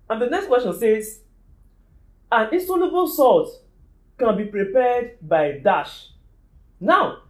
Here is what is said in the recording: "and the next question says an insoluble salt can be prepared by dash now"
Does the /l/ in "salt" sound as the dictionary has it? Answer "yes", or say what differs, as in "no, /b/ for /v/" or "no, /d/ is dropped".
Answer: no, /l/ is dropped